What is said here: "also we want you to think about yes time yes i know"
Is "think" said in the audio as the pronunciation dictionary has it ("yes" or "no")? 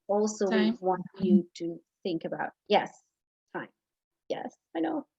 yes